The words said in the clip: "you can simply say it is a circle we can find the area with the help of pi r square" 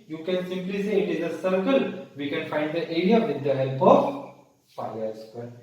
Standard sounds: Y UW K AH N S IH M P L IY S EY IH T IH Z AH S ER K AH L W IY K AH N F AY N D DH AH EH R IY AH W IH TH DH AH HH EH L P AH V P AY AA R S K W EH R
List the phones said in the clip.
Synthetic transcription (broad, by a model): Y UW K AH N S IH M P L IY S EY IH T IH Z AH S ER K AH L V IY K AH N F AY N D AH EH R IY AH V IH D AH HH EH L P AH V F AY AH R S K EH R